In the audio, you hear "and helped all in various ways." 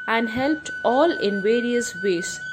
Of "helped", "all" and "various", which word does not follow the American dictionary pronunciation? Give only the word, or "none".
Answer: none